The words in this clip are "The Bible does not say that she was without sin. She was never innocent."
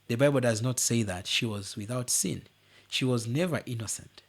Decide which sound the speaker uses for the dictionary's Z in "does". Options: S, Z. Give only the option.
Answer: Z